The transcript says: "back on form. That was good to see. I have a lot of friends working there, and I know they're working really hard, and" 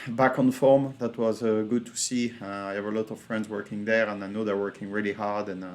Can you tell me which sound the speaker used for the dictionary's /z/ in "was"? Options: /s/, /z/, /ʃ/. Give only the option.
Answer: /z/